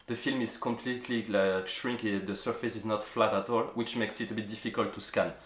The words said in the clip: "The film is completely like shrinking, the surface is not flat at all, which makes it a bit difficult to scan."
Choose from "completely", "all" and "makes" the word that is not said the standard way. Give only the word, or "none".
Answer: none